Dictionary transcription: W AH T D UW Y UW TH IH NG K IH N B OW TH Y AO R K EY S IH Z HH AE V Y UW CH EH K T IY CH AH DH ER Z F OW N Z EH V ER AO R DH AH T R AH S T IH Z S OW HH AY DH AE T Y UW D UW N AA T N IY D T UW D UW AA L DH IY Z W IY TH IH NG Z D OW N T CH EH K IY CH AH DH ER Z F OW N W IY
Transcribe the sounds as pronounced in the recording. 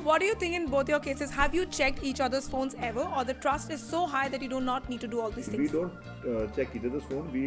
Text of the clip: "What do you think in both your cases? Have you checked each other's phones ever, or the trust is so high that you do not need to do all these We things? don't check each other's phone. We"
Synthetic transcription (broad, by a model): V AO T D UW Y UW T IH NG K IH N B OW T Y AO R K EY S IH Z HH AE V Y UW CH EH K T IY CH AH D ER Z F OW N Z EH V ER AO R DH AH T R AH S T IH Z S OW HH AY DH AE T Y UW D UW N AA T N IY D T UW D UW AA L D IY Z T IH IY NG D OW N T CH EH K IY CH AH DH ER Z F OW N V IY